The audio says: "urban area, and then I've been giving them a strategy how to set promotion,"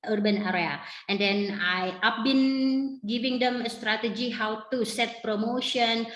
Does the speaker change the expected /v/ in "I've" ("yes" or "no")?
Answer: yes